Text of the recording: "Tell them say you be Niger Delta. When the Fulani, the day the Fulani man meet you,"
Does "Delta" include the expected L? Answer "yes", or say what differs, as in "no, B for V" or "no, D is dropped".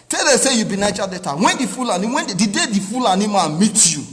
no, L is dropped